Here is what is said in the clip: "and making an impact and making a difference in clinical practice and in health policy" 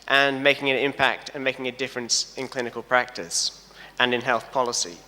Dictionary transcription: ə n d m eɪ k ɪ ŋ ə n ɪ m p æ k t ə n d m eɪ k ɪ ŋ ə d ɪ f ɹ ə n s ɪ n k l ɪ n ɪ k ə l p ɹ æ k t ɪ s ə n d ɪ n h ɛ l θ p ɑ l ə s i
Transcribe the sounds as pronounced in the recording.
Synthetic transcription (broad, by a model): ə n m eɪ k ɪ ŋ ə n ɪ m p æ k t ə n m eɪ k ɪ ŋ ə d ɪ f ɹ ə n s ɪ n k l ɪ n ɪ k ə l p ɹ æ k t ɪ s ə n ɪ n h ɛ l θ p ɑ l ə s i